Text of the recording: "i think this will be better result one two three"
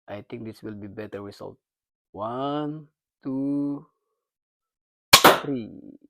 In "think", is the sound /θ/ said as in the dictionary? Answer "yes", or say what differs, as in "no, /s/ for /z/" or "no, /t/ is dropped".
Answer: no, /t/ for /θ/